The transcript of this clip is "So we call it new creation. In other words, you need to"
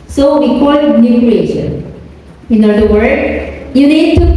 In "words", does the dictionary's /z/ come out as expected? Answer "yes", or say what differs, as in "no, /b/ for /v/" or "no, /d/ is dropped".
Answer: no, /z/ is dropped